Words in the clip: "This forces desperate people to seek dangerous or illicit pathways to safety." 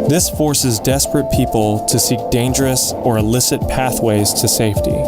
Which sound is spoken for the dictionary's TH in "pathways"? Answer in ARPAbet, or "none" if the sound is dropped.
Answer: TH